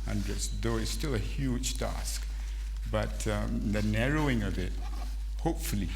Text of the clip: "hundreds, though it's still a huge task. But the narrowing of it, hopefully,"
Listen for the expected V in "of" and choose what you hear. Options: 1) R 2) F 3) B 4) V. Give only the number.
4